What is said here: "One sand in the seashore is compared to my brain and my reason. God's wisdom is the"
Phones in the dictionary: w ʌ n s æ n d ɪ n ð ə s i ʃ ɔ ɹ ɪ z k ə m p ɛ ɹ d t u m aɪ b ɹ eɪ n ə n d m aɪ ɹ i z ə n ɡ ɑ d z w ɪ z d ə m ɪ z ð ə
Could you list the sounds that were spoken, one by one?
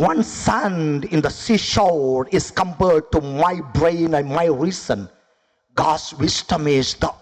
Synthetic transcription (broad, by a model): w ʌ n s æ n d ɪ n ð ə s i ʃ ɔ l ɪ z k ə m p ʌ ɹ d t u m aɪ b ɹ eɪ n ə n m aɪ ɹ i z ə n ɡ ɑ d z w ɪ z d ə m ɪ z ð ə